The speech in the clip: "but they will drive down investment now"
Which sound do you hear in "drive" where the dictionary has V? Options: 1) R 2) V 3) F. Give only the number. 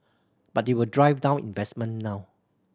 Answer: 2